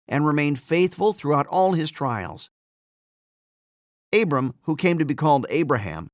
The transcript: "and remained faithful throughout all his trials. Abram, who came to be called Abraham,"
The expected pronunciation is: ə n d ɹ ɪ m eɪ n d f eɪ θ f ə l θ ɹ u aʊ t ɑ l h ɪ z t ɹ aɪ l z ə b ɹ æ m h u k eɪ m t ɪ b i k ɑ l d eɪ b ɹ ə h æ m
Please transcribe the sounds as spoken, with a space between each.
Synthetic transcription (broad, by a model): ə n ɹ ɪ m eɪ n d f eɪ θ f ə l θ ɹ u aʊ t ɑ l ɪ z t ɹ aɪ l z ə b ɹ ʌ m h u k eɪ m t ɪ b i k ɑ l d eɪ b ɹ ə h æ m